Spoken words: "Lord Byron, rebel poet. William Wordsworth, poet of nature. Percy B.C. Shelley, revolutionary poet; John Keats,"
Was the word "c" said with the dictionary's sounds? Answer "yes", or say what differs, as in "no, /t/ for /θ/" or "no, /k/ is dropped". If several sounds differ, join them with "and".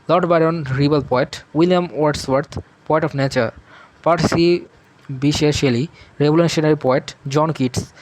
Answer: no, /ʃ/ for /s/